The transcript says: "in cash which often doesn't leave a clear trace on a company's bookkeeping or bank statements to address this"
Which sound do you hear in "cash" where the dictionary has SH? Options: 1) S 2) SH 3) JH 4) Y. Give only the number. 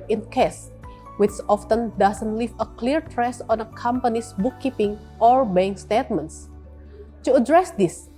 1